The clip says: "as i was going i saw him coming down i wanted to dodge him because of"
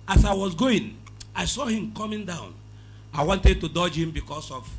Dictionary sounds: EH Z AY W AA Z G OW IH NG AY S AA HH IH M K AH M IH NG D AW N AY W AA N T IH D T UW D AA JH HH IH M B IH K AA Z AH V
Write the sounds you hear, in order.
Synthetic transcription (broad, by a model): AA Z AY W AA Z G OW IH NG AY S AA HH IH M K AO M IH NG D AW N AY W AA N T IH D T UW D AA JH HH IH M B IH K AA S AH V